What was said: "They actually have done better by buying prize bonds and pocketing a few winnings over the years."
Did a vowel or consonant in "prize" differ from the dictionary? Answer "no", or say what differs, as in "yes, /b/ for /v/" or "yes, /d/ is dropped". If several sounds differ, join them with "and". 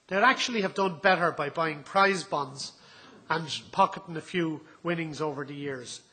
no